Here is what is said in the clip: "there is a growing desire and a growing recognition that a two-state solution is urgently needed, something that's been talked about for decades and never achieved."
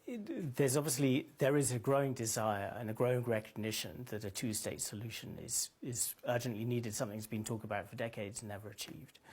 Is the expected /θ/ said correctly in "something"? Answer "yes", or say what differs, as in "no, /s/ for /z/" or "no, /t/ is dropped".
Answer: yes